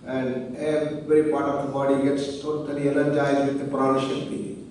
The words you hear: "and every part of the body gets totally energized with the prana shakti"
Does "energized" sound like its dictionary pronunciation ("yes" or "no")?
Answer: no